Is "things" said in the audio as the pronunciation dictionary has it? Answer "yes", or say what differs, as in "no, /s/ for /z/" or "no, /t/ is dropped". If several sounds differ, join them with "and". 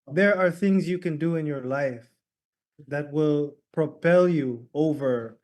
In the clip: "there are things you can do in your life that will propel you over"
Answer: yes